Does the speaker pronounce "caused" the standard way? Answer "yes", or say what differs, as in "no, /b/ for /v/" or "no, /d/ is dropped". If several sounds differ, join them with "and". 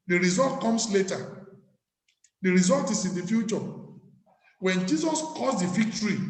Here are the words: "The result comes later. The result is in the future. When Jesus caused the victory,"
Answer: no, /s/ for /z/